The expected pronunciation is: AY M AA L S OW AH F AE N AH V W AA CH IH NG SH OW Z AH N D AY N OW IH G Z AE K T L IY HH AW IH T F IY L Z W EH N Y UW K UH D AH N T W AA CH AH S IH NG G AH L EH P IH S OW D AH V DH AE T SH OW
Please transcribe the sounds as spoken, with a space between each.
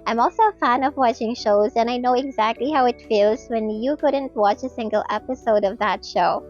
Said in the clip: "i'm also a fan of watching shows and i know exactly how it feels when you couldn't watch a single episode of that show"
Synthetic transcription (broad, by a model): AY M AA L S OW AH F AE N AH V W AA CH IH NG SH OW Z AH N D AY N OW IH G Z AE K T L IY HH AW IH T F IY L Z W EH N Y UW K UH D AH N T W AA CH AH S IH NG G AH L EH P IH S OW D AH V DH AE T SH OW